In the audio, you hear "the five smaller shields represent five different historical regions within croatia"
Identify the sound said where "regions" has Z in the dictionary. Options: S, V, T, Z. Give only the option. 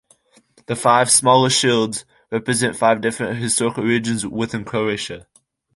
Z